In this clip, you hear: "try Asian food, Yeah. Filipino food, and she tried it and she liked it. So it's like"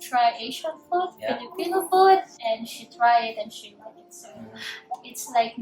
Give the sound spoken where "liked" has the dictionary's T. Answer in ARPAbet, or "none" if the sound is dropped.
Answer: none